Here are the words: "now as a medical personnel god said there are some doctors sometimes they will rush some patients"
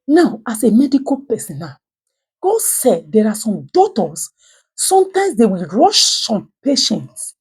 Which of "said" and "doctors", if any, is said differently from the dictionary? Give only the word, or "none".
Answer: doctors